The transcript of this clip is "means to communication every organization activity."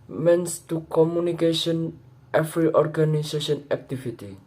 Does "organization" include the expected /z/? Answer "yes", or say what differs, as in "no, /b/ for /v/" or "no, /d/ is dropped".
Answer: no, /s/ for /z/